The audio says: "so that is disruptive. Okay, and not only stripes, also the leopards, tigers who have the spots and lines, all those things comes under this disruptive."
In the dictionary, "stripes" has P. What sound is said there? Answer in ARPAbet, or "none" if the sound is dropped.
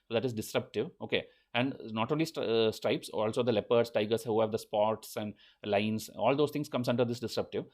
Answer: P